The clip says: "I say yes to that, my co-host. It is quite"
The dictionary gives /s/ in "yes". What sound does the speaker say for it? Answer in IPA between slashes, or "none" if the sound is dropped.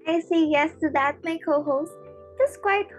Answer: /s/